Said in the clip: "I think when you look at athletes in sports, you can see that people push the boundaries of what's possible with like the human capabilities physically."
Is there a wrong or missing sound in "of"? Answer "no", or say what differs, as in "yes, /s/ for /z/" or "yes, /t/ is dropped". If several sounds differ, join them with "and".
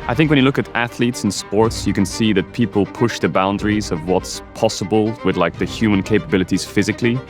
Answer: no